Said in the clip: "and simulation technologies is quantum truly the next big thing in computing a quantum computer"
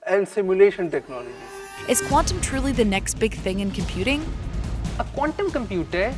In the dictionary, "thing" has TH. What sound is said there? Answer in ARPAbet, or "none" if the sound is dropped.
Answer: TH